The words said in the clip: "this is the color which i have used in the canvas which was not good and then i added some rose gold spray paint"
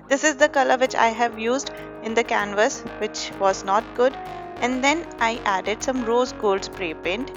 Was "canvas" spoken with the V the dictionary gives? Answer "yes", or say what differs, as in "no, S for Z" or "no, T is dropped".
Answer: yes